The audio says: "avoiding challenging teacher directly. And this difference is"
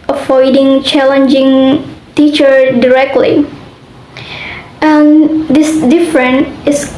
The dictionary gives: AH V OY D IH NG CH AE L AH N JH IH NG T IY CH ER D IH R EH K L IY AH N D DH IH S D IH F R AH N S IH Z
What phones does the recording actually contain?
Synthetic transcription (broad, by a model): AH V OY D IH NG CH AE L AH N JH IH NG T IY CH ER D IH R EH K L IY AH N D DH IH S D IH F R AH N IH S